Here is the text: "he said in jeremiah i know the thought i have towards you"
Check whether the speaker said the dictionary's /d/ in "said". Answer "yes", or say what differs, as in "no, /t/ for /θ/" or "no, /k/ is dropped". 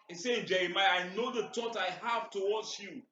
no, /d/ is dropped